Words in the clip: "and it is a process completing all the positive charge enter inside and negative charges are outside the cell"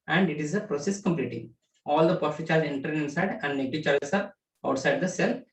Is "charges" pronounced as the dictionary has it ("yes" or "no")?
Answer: no